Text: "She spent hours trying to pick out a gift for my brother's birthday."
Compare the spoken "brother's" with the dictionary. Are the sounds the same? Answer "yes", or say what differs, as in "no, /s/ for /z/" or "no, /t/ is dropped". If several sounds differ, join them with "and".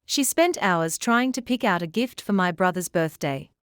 yes